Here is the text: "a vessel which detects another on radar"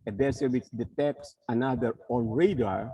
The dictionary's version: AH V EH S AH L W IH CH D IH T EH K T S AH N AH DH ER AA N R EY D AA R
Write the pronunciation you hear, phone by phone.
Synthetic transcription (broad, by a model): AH B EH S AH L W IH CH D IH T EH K S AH N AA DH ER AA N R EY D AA R